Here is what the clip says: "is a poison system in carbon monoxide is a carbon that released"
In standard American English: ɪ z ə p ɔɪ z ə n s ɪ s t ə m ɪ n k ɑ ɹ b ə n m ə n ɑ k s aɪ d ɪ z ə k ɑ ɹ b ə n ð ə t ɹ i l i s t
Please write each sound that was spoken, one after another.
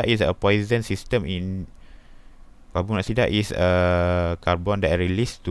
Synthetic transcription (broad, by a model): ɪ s ə p ɔɪ z ə n s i s t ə m ɪ n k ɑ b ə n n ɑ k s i d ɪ s ə k ɑ ɹ b ə n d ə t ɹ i l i s t